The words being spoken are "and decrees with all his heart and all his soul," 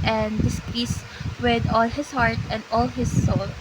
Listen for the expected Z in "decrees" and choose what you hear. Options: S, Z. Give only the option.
S